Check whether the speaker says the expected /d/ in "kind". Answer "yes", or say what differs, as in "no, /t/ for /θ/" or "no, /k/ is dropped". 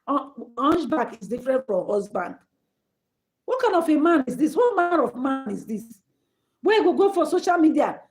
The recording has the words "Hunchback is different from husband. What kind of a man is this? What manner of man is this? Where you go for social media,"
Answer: no, /d/ is dropped